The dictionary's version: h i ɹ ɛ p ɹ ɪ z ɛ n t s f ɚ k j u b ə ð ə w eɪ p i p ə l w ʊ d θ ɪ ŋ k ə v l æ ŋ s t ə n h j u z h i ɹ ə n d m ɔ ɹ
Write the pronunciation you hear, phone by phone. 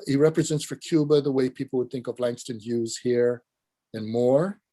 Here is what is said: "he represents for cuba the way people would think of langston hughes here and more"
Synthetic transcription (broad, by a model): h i ɹ ɛ p ɹ ɪ z ɛ n t s f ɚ k j u b ə ð ə w eɪ p i p l w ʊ d θ ɪ ŋ k ə v l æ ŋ s t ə n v j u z h i ɹ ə n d m ɔ ɹ